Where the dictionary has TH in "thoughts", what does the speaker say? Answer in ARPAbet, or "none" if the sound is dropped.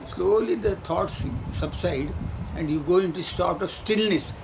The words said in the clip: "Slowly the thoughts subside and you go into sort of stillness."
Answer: T